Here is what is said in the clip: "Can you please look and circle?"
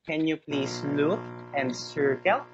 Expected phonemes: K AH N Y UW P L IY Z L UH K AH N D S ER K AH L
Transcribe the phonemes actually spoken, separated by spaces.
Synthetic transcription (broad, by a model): K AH N Y UW P L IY S L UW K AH N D S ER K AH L